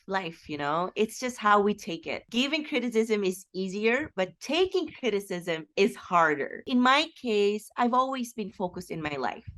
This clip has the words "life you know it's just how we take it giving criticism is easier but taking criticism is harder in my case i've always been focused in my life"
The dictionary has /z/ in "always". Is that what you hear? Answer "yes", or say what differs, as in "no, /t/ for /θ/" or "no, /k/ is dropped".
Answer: yes